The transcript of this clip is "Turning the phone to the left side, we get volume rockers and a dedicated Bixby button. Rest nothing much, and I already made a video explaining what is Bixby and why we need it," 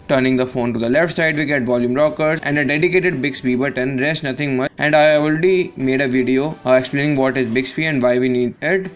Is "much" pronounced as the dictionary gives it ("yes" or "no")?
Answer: no